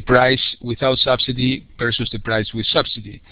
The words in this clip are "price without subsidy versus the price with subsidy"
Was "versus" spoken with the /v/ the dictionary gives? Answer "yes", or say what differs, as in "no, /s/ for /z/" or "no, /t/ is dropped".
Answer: no, /p/ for /v/